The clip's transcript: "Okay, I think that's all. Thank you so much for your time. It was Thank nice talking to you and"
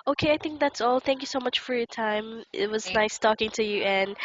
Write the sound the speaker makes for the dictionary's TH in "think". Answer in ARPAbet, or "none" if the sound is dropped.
TH